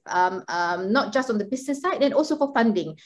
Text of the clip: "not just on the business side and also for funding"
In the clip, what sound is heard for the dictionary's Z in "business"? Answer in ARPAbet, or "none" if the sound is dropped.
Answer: S